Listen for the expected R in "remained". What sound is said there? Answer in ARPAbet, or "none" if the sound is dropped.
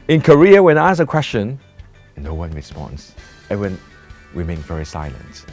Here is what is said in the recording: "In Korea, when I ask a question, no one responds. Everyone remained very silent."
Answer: W